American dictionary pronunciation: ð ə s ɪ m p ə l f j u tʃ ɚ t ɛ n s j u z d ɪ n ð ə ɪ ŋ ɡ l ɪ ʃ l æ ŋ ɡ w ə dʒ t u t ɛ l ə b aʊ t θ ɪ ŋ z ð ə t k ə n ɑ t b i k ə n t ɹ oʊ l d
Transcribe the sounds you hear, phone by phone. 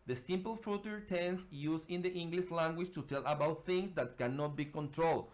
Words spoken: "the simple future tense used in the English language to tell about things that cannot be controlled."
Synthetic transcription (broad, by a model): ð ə s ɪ m p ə l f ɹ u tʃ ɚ t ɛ n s j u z ɪ n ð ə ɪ ŋ ɡ l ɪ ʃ l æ ŋ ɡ w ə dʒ t u t ɛ l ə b aʊ t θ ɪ ŋ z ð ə t k ə n ɑ t b i k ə n t ɹ oʊ l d